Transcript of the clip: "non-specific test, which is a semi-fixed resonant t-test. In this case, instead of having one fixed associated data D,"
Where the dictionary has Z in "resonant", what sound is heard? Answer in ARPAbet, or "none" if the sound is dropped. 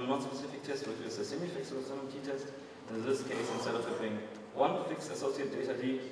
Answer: S